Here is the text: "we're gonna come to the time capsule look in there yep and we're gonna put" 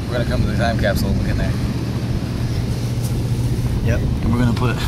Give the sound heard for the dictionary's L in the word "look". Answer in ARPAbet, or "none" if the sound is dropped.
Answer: W